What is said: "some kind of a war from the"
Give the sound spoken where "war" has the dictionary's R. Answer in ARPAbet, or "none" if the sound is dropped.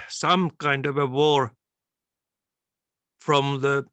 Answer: R